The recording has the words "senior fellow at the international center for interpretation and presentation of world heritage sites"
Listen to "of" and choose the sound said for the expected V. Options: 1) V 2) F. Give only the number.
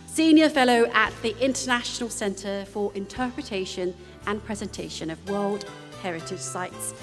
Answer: 1